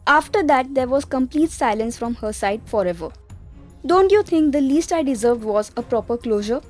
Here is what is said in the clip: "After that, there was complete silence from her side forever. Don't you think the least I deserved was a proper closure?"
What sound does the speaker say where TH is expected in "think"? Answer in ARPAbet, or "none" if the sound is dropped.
T